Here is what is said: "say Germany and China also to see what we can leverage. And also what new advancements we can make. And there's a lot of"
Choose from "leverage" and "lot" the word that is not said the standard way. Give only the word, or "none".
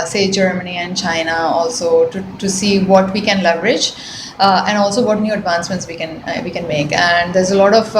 none